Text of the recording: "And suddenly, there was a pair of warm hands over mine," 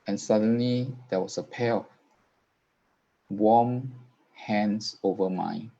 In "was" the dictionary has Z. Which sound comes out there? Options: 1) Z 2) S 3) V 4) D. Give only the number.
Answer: 2